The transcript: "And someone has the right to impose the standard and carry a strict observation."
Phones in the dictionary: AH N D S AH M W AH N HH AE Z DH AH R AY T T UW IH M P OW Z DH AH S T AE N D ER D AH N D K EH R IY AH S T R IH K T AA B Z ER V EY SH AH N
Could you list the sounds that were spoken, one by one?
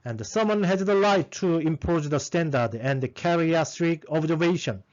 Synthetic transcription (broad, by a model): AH N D S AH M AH N HH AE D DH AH L AY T T UW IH M P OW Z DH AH S T AE N D ER D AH N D K EH R IY AH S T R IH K AA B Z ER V EY SH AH N